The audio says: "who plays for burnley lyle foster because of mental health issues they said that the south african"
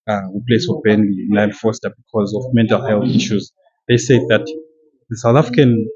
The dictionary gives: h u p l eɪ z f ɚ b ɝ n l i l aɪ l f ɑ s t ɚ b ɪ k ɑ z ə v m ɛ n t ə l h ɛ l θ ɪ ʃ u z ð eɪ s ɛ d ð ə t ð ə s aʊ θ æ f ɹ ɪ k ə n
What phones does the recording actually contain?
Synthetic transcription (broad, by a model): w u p l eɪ s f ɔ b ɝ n n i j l f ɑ s t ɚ b ɪ k ɑ z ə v m ɛ n t ə l h ɛ l θ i ʃ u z ð eɪ s ɛ d ð ə t ð ə s aʊ θ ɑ f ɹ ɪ k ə n